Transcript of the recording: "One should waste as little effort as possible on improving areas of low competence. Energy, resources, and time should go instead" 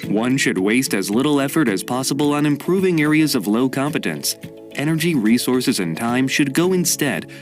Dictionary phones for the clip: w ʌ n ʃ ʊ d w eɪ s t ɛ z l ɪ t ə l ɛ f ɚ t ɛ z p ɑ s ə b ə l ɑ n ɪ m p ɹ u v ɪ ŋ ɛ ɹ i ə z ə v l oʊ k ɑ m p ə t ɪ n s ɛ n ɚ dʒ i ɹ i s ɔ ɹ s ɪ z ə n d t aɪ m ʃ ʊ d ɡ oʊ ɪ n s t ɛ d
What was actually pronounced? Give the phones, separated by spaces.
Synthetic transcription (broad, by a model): w ʌ n ʃ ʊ d w eɪ s t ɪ z l ɪ t l ɛ f ɚ t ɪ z p ɑ s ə b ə l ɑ n ɪ m p ɹ u v ɪ ŋ ɛ ɹ i ə z ə v l oʊ k ɑ m p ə t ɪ n s ɛ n ɚ dʒ i ɹ i s ɔ ɹ s ɪ z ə n t aɪ m ʃ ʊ d ɡ oʊ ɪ n s t ɛ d